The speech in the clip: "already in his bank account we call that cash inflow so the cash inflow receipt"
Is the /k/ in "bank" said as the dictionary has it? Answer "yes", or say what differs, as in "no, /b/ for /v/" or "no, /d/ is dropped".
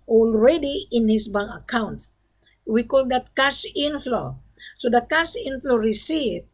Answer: no, /k/ is dropped